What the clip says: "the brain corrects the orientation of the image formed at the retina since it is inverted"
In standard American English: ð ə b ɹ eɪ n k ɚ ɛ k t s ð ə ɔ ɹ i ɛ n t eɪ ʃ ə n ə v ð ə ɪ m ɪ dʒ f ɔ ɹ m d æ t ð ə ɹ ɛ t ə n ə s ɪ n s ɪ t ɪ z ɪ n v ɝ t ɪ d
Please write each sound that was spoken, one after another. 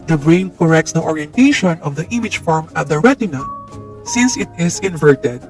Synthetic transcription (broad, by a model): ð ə b ɹ eɪ n k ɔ ɛ k t s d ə ɔ ɹ i ɛ n t eɪ ʃ ə n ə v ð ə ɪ m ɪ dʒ f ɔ ɹ m ʌ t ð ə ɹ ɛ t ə n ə s ɪ n s ɪ t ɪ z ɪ n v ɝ t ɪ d